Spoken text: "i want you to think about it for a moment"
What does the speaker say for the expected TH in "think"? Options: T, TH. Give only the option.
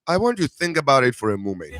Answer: TH